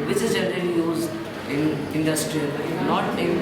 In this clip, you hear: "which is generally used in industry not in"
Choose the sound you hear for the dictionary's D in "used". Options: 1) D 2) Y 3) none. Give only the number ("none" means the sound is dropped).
3